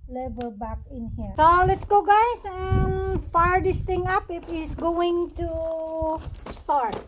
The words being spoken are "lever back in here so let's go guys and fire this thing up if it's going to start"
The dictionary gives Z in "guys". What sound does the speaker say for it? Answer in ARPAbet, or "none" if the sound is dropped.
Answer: S